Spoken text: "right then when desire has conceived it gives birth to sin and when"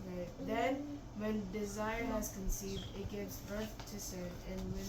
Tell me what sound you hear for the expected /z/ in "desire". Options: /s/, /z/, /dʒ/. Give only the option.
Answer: /z/